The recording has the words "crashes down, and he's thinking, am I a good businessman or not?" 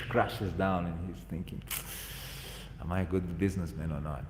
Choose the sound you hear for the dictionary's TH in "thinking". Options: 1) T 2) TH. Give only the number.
2